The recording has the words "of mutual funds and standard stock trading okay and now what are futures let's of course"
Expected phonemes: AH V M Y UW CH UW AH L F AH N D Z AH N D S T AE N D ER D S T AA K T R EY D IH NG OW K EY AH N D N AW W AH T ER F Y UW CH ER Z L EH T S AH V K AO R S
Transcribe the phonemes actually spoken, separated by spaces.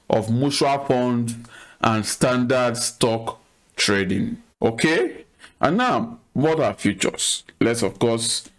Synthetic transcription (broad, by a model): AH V M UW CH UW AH L P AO N D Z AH N S T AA N D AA D S T AA K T R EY D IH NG OW K EY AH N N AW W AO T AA F Y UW CH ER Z L EH T S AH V K AO S